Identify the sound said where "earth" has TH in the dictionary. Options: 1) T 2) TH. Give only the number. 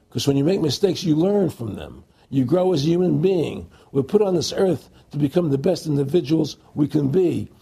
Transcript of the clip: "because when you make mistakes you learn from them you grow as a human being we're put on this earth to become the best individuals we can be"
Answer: 2